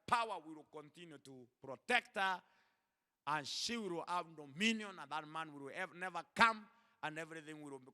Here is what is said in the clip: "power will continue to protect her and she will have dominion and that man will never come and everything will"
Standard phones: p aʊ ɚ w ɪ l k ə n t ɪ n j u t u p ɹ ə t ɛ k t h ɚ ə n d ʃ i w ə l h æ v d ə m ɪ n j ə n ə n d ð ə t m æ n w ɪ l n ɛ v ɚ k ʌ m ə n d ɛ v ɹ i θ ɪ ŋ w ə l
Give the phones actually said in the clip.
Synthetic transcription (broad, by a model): p aʊ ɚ w ɪ l k ə n t ɪ n j u t u p ɹ ə t ɛ k t h ɚ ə n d ʃ i w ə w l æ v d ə m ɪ n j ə n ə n ð ə t m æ n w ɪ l n ɛ v ɚ k ʌ m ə n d ɛ v ɹ i θ ɪ ŋ w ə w